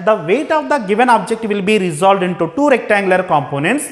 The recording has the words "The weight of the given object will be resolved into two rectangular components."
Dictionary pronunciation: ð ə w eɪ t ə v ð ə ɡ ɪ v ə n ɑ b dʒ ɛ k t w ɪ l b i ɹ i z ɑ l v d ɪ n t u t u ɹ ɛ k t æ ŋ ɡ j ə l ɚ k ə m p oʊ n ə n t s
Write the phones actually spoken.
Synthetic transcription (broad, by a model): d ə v eɪ t ə v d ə ɡ ɪ v ə n ɑ b dʒ ɛ k t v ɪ l b i ɹ i z ɑ l v d ɪ n t u t u ɹ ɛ k t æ ŋ ɡ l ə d k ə m p oʊ n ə n t s